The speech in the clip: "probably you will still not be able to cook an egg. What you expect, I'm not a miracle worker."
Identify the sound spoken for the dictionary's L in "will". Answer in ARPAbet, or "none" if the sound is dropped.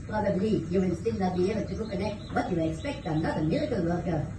N